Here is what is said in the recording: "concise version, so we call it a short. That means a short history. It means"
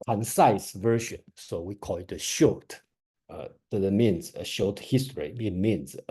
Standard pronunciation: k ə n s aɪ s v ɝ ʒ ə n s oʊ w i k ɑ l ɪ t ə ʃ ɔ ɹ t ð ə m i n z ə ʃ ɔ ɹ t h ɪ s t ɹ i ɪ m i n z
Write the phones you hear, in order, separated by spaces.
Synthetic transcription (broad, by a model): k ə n s aɪ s v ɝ ʃ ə n s oʊ w i k ɑ l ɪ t ə ʃ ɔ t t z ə m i n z ə ʃ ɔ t h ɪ s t ɹ i ɪ m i n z